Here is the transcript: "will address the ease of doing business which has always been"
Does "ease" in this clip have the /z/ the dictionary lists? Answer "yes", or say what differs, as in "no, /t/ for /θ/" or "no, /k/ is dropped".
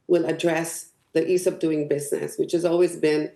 no, /s/ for /z/